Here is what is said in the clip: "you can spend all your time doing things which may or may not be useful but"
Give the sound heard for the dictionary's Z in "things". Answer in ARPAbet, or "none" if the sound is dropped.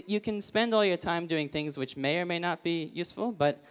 Z